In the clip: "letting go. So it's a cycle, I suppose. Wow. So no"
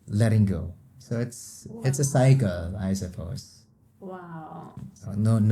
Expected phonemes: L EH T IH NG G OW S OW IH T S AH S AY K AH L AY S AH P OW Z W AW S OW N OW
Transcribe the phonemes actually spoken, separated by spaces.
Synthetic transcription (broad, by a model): L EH T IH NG G OW S OW IH T S AH S AY K AH L AY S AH F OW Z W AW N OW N